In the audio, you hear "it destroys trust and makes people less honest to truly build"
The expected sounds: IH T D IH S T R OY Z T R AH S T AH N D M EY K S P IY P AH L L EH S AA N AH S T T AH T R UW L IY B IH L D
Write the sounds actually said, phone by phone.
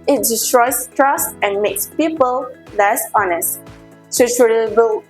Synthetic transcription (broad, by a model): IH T D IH S T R OY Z T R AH S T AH N M EY K S P IY P AH L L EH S AA N AH S T S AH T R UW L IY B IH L